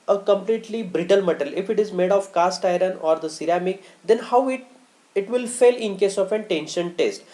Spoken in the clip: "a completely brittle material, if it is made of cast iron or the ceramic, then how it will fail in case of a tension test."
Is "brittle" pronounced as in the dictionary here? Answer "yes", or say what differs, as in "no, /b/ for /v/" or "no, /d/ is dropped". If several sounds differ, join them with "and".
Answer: yes